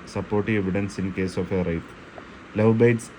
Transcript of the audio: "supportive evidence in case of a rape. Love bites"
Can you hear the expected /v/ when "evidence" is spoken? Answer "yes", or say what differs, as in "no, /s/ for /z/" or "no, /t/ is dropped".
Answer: yes